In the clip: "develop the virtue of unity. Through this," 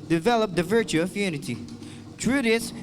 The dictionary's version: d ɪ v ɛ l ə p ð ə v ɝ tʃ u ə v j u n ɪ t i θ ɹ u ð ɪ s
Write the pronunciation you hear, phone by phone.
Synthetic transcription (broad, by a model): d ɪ v ɛ l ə p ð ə v ɝ tʃ u ə v j u n ɪ t i t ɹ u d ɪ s